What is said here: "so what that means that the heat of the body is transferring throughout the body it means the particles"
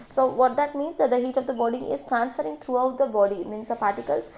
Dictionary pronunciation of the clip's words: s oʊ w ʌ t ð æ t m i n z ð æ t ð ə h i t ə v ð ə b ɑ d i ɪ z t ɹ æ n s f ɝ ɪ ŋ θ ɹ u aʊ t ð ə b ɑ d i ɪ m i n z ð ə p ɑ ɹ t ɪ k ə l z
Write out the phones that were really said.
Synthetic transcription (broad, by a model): s oʊ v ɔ t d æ t m i n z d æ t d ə h i t ə v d ə b ɑ d i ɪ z t ɹ æ n s f ɝ ɪ ŋ t ɹ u aʊ t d ə b ɑ d i m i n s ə p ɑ ɹ t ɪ k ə l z